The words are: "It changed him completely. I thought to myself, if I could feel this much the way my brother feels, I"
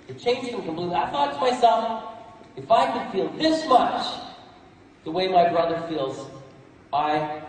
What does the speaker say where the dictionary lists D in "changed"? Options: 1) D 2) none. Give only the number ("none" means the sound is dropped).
2